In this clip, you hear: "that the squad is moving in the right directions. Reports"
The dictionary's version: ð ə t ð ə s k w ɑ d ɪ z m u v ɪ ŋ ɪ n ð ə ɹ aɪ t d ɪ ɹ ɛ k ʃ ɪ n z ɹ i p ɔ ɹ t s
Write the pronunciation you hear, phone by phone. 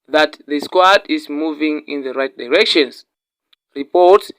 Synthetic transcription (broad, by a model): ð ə t ð ə s k w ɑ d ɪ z m u v ɪ ŋ ɪ n ð ə ɹ aɪ t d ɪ ɹ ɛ k ʃ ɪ n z ɹ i p ɔ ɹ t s